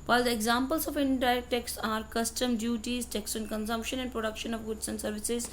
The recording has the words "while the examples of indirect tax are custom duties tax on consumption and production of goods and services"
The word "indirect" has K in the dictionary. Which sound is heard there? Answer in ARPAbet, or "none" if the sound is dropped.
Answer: none